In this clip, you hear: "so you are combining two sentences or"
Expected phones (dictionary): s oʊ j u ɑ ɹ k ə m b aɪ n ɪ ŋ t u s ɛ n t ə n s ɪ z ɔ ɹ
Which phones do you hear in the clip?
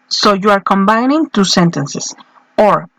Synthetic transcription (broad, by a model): s oʊ j u ɑ ɹ k ə m b aɪ n ɪ ŋ t u s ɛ n t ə n s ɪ s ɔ ɹ